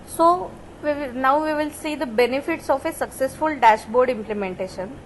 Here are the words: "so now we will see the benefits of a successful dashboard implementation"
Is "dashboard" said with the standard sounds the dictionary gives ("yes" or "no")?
yes